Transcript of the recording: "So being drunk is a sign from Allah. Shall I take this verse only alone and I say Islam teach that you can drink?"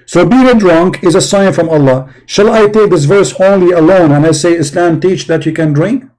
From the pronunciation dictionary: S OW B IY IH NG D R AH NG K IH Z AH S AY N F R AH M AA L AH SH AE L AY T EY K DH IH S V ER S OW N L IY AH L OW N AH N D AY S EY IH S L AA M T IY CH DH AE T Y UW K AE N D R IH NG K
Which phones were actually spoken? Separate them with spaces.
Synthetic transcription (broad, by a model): S OW B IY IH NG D R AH NG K IH Z AH S AY N F R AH M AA L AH SH AE L AY T EY K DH IH S V ER S OW N L IY AH L OW N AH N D AY S EY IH S L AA M T IY CH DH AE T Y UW K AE N D R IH NG K